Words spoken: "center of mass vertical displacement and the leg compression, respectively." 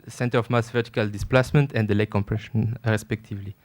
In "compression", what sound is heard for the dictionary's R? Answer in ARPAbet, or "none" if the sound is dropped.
R